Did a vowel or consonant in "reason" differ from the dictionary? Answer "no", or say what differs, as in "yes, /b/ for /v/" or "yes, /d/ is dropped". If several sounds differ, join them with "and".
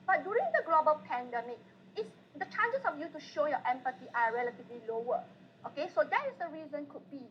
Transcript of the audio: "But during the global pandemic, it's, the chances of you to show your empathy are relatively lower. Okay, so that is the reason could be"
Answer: no